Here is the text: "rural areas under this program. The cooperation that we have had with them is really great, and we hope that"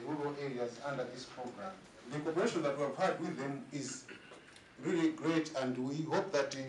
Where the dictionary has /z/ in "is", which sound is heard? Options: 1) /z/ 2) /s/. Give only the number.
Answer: 1